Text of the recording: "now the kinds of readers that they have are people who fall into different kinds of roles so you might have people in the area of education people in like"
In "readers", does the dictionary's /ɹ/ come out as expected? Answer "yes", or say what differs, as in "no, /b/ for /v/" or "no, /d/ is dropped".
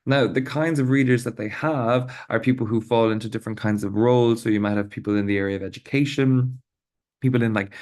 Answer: yes